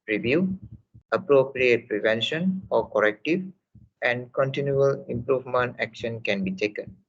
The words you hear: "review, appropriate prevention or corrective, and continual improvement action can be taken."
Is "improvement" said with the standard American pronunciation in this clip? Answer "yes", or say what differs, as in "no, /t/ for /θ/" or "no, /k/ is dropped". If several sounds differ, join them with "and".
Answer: yes